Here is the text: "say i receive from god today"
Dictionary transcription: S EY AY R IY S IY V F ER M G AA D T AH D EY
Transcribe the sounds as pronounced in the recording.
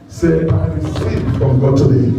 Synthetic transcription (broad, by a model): S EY AY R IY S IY P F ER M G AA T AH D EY